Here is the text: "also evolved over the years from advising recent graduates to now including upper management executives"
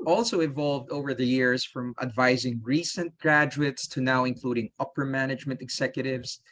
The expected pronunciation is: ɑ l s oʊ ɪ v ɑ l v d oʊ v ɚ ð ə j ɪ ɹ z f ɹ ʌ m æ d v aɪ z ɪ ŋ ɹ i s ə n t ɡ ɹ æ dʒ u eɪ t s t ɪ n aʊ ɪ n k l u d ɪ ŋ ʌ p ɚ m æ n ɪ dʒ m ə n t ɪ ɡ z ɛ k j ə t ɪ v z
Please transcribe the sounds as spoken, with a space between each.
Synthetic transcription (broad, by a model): ɑ l s oʊ ɪ v ɑ l v d oʊ v ɚ ð ə j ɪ ɹ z f ɹ ʌ m æ d v aɪ z ɪ ŋ ɹ i s ə n t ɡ ɹ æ dʒ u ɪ t s t ɪ n aʊ ɪ n k l u d ɪ ŋ ʌ p ɚ m æ n ɪ dʒ m ə n t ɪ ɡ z ɛ k j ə t ɪ v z